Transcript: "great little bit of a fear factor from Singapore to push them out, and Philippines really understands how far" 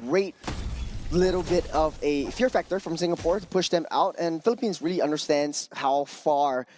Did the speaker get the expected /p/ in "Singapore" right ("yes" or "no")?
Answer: yes